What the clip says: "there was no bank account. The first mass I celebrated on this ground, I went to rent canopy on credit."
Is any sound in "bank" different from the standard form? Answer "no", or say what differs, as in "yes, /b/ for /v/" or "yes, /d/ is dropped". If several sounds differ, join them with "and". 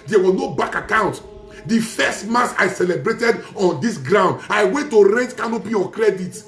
yes, /ŋ/ is dropped